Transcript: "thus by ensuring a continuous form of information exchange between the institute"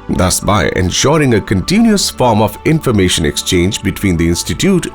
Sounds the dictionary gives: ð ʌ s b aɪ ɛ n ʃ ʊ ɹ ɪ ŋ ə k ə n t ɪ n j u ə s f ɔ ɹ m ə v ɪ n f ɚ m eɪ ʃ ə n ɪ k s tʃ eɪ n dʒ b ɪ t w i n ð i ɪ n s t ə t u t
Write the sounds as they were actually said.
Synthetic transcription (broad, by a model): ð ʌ s b aɪ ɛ n ʃ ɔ ɹ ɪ ŋ ə k ə n t ɪ n j u ə s f ɔ ɹ m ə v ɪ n f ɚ m eɪ ʃ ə n ɪ k s tʃ eɪ n dʒ b ɪ t w i n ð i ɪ n s t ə t u t